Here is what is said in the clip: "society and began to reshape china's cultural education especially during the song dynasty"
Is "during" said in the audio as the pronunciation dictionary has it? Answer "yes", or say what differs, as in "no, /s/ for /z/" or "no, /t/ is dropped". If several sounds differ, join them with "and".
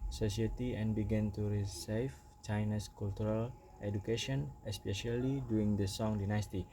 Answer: no, /ɹ/ is dropped